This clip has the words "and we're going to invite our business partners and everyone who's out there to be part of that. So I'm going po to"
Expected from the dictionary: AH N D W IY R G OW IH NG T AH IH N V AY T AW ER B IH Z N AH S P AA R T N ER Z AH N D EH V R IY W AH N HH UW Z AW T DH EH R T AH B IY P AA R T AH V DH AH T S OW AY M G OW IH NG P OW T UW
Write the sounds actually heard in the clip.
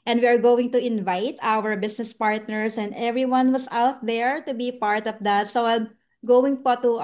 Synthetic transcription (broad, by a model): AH N D W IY R G OW IH NG T AH IH N V AY T AW ER B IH S N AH S P AA R T N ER S AH N D EH V R IY W AH N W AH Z AW T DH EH R T AH B IY P AA R T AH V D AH T S OW AY M G OW IH NG P OW T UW